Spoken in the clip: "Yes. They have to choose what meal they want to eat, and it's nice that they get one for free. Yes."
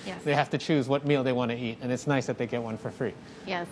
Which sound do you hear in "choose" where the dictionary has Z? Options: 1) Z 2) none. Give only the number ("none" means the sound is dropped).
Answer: 1